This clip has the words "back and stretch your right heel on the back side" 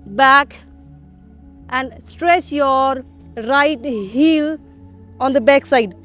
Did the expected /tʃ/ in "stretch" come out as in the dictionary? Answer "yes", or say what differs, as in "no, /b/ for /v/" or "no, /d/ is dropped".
yes